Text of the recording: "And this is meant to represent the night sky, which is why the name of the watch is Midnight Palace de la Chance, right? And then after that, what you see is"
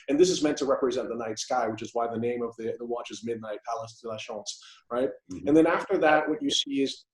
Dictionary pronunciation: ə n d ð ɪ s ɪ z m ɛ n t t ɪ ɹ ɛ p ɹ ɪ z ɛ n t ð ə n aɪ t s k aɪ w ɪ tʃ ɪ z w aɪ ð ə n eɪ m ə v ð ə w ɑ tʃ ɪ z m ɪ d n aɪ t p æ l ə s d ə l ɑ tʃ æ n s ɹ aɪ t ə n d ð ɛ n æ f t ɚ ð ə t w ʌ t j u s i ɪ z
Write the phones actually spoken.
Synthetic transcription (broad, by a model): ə n ð ɪ s ɪ z m ɛ n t t ɪ ɹ ɛ p ɹ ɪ z ɛ n ð ə n aɪ t s k aɪ w ɪ tʃ ɪ z w aɪ ð ə n eɪ m ə v ð ə w ɑ tʃ ɪ z m ɪ d n aɪ t p æ l ə s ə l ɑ ʃ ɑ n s ɹ aɪ t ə n ð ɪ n æ f t ɚ ð ə t w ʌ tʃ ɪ s i ɪ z